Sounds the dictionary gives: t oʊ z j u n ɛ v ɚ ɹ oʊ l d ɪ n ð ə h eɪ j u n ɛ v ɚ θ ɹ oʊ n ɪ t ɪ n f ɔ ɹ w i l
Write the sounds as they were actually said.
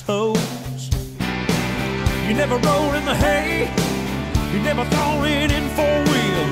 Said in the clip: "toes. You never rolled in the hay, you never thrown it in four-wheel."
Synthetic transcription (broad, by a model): oʊ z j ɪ n ɛ v ɚ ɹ oʊ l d ɪ n ð ə h eɪ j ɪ n ɛ v ɚ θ oʊ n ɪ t ɪ n f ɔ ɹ w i l